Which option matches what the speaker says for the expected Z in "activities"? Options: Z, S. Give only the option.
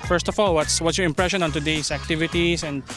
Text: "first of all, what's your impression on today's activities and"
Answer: S